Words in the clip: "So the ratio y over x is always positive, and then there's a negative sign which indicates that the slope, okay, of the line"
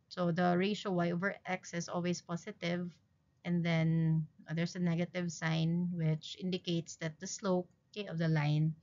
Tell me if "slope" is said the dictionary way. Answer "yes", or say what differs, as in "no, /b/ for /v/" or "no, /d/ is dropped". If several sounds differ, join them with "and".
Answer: no, /p/ is dropped